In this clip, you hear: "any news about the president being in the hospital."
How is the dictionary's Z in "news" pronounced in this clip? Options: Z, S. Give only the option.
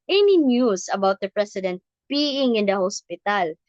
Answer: S